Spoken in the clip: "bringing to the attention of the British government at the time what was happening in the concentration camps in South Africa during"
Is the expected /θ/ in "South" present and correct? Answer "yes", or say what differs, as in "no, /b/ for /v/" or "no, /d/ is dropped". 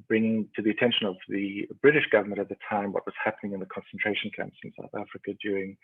yes